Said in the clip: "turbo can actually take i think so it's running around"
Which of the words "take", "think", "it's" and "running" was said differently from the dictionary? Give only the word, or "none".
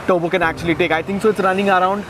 think